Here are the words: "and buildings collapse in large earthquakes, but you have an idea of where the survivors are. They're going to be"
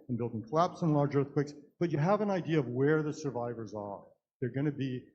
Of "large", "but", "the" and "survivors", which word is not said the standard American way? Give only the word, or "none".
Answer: none